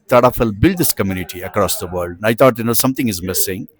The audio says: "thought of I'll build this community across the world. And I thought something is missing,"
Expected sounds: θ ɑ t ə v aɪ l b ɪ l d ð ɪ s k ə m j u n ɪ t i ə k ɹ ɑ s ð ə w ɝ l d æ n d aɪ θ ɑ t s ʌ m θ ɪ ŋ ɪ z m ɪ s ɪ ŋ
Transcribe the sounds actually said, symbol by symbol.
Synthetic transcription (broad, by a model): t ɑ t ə f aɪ l b ɪ l d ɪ s k ə m j u n ɪ t i ə k ɹ ɑ s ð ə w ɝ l d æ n aɪ t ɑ t s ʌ m t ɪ ŋ ɪ z m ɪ s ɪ ŋ